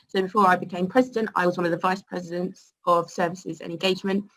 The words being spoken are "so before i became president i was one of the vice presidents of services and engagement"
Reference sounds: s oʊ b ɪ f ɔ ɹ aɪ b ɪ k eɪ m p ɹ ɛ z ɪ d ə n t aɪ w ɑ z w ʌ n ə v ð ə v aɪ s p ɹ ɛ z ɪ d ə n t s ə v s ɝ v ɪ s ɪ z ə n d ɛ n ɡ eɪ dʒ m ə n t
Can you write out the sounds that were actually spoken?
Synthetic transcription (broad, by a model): s oʊ b ɪ f ɔ ɹ aɪ b ɪ k eɪ m p ɹ ɛ z ɪ d ə n t aɪ w ɑ z w ʌ n ə v ð ə v aɪ s p ɹ ɛ z ɪ d ə n t s ə v s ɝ v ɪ s ɪ z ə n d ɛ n ɡ eɪ dʒ m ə n t